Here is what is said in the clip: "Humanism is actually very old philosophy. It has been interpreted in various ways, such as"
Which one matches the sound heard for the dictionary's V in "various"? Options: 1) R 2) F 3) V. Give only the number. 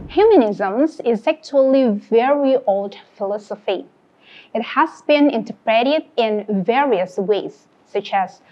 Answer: 3